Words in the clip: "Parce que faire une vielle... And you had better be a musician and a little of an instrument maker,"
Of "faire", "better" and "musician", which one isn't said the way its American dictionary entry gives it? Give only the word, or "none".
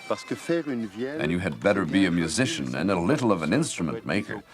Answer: none